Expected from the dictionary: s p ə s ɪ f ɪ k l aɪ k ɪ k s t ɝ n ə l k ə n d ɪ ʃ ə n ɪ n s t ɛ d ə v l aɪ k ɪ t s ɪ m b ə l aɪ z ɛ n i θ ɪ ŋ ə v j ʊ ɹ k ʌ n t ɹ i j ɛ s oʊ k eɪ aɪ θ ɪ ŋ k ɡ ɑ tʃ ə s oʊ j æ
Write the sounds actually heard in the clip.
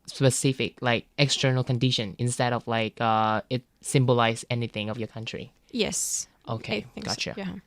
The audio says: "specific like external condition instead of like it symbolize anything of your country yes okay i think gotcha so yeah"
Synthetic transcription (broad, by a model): s p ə s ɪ f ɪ k l aɪ k ɪ k s t ɝ n ə l k ə n d ɪ ʃ ə n ɪ n s t ɛ d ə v l aɪ k ɪ t s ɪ m b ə l aɪ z ɛ n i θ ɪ ŋ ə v j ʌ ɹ k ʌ n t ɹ i j ɛ s oʊ k eɪ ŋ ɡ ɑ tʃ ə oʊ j